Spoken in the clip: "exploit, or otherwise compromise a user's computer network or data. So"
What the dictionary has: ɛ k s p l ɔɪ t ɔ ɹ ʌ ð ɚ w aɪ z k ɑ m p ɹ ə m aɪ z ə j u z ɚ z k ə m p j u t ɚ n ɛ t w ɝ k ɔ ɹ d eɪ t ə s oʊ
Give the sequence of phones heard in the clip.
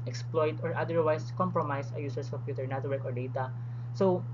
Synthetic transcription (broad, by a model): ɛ k s p l ɔɪ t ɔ ɹ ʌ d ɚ w aɪ s k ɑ m p ɹ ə m aɪ s ə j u s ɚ s k ə m p j u t ɚ n ɛ t w ɝ k ɔ ɹ d eɪ t ə s oʊ